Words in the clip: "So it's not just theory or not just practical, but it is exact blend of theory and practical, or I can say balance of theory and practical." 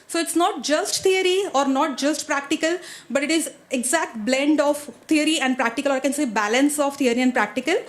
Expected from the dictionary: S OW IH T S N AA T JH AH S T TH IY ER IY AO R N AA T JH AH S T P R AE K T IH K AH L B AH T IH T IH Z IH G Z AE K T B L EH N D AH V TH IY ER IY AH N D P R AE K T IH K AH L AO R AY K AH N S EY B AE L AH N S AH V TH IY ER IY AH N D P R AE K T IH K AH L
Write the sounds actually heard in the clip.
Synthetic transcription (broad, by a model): S OW IH T S N AA T JH AH S T T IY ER IY AO R N AA T JH AH S T P R AE K T IH K AH L B AH T IH T IH Z IH G Z AE K T B L EH N D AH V T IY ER IY AH N D P R AE K T IH K AH L AO R AY K AH N S EY B AE L AH N S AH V T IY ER IY AH N D P R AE K T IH K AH L